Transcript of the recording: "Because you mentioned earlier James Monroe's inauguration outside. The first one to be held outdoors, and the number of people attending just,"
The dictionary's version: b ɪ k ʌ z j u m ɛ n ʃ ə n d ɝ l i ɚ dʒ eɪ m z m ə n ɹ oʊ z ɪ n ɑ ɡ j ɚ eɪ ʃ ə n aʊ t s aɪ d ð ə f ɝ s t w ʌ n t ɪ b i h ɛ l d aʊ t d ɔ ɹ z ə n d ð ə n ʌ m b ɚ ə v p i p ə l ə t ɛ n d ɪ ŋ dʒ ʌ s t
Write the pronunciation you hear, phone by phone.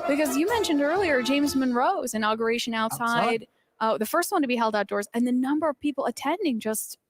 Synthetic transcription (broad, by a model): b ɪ k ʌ z j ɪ m ɛ n ʃ ə n d ɝ l i ɚ dʒ eɪ m z m ə n ɹ oʊ z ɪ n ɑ ɡ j ɚ eɪ ʃ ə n aʊ t s aɪ d ð ə f ɝ s t w ʌ n t ɪ b i h ɛ l d aʊ t d ɔ ɹ z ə n ð ə n ʌ m b ɚ ə v p i p l ə t ɛ n d ɪ ŋ dʒ ʌ s t